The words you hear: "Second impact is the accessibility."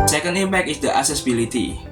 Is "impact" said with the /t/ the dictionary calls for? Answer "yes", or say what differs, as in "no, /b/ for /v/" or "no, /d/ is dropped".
no, /t/ is dropped